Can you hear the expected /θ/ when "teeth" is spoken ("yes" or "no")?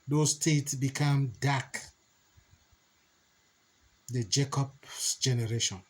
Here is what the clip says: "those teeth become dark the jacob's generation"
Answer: no